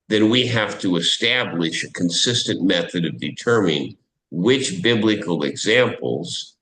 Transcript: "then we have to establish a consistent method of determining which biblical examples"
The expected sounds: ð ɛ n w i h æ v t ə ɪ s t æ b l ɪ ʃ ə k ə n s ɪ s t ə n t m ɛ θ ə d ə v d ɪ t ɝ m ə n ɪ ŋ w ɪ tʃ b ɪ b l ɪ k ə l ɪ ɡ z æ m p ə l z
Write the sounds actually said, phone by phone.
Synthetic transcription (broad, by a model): ð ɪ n w i h æ f t ə ɪ s t æ b l ɪ ʃ ə k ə n s ɪ s t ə n m ɛ θ ə d ə v d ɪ t ɝ m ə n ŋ w ɪ tʃ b ɪ b l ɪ k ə l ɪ ɡ z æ m p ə l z